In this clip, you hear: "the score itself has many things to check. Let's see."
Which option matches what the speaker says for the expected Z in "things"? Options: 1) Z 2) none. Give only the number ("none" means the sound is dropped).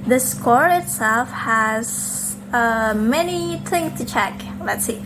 2